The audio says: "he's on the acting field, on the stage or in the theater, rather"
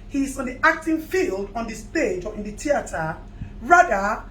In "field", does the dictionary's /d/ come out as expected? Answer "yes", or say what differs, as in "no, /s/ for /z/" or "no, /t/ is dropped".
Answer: yes